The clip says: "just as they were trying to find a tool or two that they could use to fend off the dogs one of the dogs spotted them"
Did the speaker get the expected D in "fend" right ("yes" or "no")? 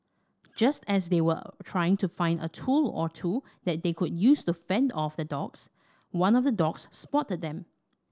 yes